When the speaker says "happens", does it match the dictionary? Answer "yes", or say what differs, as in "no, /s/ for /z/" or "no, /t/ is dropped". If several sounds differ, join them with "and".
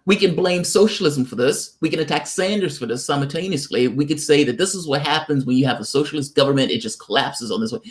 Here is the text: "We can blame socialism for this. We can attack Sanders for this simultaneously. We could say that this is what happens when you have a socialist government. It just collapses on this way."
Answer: yes